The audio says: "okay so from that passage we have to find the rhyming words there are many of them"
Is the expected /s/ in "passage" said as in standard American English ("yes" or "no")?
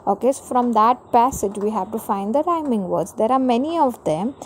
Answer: yes